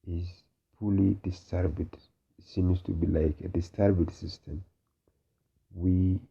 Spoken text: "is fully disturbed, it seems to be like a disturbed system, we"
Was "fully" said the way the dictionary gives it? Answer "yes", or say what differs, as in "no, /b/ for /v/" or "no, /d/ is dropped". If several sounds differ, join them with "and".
no, /p/ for /f/